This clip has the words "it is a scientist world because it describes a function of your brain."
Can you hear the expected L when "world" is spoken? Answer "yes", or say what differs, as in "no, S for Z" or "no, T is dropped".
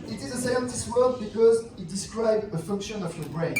no, L is dropped